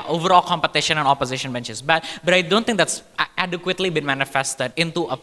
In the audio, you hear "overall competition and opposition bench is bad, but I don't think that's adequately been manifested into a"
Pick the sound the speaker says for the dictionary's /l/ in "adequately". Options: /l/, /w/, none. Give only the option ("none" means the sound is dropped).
/l/